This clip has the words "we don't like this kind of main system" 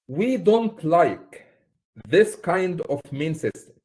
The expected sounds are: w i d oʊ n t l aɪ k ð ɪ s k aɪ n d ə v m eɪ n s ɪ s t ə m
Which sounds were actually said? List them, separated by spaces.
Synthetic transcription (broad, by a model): w i d oʊ n t l aɪ k ð ɪ s k aɪ n d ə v m eɪ n s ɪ s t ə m